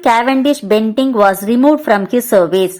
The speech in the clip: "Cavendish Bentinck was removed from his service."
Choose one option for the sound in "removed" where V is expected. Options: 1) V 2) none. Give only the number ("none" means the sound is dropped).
1